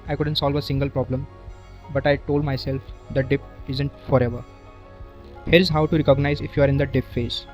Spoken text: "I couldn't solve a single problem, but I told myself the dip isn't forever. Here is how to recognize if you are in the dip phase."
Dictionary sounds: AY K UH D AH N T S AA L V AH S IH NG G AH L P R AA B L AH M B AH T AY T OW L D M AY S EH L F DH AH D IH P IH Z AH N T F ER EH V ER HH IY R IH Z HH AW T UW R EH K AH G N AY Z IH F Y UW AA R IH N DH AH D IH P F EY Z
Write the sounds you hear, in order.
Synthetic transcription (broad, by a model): AY K UH D AH N T S AA L V AH S IH NG G AH L P R AA B L AH M B AH T AY T OW L D M AY S EH L F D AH D IH P IH Z AH N T F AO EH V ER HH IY R IH Z HH AW T UW R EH K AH G N AY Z IH F Y UW AA R IH N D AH D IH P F EY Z